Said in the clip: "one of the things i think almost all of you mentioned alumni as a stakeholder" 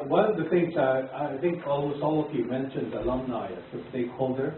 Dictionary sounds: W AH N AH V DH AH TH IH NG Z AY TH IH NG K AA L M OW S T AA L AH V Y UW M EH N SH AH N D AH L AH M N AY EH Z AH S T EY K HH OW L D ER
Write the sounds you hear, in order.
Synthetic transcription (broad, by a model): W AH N AH V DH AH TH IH NG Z AY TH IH NG K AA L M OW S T AA L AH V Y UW M EH N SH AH N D AH L AH M N AY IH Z AH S T EY K HH OW L D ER